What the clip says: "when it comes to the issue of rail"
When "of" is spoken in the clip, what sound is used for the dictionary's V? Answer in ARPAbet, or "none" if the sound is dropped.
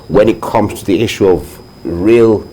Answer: V